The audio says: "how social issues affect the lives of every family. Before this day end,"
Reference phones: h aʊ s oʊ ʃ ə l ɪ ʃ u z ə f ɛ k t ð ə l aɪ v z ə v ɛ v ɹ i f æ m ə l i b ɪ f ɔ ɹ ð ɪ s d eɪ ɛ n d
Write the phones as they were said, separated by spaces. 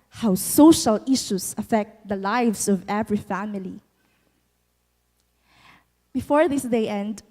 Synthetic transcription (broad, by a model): h aʊ s oʊ ʃ ə l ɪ ʃ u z ə f ɛ k t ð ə l aɪ v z ə v ɛ v ɹ i f æ m ə l i b ɪ f ɔ ɹ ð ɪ s d eɪ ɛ n d